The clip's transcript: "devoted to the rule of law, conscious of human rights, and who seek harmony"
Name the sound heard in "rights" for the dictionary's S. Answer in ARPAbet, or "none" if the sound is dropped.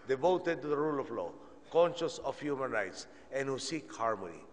S